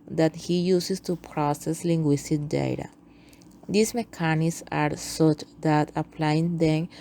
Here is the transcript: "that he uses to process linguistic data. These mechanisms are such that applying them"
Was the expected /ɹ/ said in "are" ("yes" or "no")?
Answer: yes